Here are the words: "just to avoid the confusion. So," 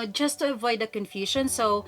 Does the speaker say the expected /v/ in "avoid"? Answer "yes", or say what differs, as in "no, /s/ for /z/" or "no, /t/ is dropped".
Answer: yes